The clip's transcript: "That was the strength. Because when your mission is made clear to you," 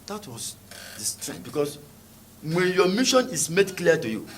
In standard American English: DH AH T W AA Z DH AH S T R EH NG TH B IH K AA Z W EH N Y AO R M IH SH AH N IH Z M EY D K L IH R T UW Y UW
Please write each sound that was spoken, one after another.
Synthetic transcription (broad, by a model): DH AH T W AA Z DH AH S T R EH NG B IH K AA S W EH N Y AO M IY SH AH N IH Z M EY D K L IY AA T UW Y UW